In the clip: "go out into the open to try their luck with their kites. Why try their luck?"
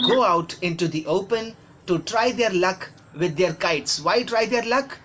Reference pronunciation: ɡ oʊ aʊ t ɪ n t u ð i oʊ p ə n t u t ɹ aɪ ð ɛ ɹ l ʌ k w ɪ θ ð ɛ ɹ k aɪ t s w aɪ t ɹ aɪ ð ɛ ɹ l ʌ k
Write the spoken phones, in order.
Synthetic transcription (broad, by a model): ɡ oʊ aʊ t ɪ n t u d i oʊ p ə n t u t ɹ aɪ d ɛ ɹ l ʌ k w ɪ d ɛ ɹ k aɪ t s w aɪ t ɹ aɪ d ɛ ɹ l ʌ k